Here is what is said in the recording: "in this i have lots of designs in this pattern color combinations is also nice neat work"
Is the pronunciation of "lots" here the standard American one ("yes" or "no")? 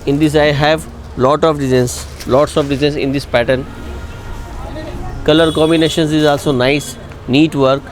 no